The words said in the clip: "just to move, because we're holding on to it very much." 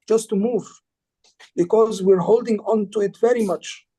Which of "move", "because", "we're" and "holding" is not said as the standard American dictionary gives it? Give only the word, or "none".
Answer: none